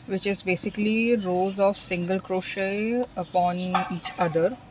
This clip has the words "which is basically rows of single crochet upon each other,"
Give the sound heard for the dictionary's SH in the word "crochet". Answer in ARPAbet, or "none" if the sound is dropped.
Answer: SH